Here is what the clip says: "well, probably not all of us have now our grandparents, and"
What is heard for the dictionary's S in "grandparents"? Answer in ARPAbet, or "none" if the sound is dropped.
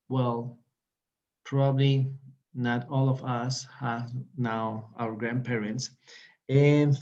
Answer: S